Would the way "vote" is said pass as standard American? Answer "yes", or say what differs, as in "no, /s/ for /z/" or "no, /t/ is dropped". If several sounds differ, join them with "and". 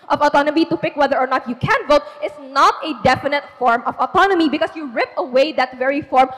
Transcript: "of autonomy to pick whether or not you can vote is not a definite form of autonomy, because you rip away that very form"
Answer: yes